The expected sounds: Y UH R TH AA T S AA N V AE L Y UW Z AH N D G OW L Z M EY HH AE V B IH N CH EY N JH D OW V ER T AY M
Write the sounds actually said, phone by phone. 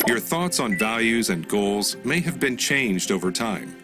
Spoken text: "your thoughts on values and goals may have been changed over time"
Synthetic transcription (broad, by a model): Y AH R TH AA T S N V AE L Y UW Z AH N G OW L Z M EY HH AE V B IH N CH EY N JH D OW V ER T AY M